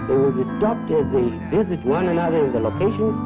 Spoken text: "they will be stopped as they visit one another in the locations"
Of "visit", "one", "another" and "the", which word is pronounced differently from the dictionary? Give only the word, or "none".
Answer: none